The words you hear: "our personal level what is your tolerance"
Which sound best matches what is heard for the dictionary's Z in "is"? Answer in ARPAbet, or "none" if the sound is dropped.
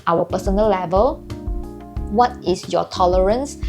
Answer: S